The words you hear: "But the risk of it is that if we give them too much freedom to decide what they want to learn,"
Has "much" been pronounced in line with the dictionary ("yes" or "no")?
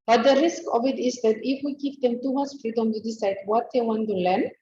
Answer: no